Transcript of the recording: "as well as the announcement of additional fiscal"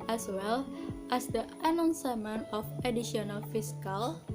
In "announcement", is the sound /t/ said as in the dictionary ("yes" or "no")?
no